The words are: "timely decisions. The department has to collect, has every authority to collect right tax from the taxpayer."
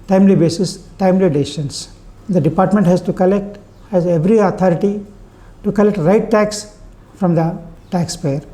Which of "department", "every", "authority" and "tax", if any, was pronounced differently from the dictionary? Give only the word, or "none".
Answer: authority